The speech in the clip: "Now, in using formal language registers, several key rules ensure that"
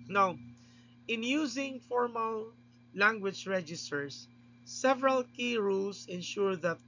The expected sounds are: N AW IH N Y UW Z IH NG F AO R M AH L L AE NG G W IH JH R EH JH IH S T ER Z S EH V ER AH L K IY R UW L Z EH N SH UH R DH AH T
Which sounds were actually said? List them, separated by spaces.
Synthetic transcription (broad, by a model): N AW IH N Y UW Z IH NG F AO R M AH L L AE NG G W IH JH R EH JH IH S T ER S EH V ER AH L K IY R UW L S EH N SH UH R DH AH T